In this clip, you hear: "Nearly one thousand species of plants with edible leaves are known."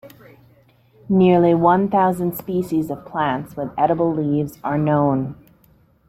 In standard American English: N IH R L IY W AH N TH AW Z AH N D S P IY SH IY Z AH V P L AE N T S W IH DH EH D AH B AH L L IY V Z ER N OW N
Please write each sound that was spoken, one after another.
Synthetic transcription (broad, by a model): N IH R L IY W AH N TH AW Z AH N D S P IY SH IY Z AH V P L AE N T S W IH DH EH D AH B L L IY V Z ER N OW N